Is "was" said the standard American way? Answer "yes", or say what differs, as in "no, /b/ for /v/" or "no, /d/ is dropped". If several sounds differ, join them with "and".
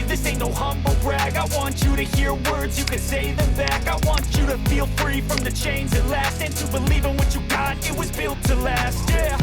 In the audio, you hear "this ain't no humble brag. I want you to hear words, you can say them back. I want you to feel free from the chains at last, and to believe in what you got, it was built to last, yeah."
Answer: yes